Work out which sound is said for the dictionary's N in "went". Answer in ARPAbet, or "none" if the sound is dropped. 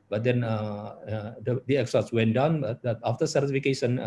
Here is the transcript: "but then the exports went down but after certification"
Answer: N